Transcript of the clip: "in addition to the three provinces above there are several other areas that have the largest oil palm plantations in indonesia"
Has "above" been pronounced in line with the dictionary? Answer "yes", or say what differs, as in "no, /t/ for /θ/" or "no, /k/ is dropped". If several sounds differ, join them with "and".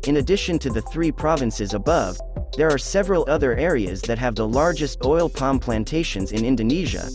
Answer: yes